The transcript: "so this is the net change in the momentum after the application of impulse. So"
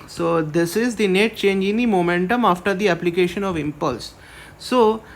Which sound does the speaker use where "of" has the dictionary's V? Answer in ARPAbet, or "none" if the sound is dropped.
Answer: V